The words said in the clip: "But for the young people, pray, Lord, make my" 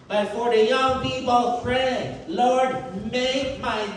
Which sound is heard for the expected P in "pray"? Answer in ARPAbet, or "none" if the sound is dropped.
F